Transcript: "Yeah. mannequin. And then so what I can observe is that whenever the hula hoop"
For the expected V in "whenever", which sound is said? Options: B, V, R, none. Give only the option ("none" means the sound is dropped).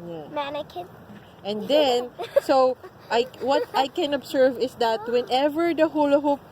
V